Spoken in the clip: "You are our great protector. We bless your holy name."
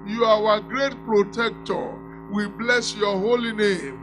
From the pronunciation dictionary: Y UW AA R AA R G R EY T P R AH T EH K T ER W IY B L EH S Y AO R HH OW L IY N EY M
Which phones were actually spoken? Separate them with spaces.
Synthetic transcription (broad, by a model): Y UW AA W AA G R EY T P R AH T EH K T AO W IY B L EH S Y AO HH OW L IY N EY M